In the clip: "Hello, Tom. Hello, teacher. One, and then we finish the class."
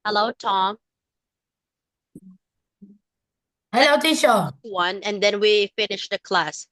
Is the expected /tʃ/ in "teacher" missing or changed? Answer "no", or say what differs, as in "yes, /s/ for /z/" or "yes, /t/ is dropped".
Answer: yes, /ʃ/ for /tʃ/